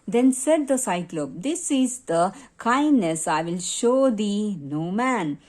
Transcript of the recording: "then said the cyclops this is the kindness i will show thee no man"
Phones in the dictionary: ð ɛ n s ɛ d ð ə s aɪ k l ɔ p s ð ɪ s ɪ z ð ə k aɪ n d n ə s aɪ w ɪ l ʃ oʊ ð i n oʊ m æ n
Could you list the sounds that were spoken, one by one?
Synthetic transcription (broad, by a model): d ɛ n s ɛ d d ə s aɪ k l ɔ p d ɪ s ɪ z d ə k aɪ n d n ə s aɪ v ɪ l ʃ oʊ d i n oʊ m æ n